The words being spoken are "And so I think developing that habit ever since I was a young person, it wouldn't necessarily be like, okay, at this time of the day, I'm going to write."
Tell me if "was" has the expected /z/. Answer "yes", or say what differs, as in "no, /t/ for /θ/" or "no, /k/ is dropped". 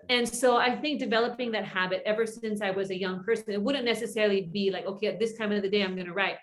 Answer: yes